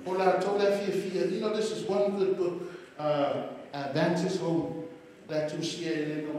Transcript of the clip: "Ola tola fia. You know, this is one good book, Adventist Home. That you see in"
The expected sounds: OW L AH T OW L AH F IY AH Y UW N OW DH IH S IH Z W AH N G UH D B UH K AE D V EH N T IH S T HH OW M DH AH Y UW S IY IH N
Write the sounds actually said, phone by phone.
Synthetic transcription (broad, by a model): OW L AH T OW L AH F IY AH Y UW N OW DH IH S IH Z W AH N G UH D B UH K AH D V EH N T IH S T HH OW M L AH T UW SH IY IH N